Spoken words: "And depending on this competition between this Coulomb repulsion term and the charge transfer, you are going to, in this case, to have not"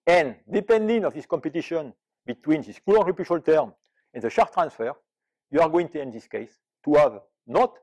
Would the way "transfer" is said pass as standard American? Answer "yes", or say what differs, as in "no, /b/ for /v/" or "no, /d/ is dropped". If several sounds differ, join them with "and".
yes